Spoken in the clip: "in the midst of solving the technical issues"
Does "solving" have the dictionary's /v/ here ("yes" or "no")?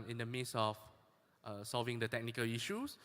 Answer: yes